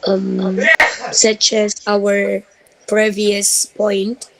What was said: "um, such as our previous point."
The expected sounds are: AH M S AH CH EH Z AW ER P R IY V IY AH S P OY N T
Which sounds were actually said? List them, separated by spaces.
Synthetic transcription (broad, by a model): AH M S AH CH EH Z AW ER P R IY V IY AH S P OY N T